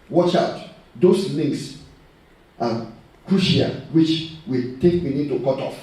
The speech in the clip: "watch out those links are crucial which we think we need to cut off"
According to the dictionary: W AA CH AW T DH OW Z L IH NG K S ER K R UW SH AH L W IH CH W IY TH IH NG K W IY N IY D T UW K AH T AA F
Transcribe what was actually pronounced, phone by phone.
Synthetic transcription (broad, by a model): W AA CH AW T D OW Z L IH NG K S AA K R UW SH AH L W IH CH W IY T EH K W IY N IY D T UW K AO T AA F